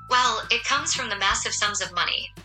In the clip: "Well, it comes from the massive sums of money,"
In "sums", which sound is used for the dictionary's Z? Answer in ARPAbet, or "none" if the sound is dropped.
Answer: Z